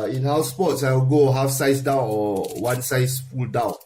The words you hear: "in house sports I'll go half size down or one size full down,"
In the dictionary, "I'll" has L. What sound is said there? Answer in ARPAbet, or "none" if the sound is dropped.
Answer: W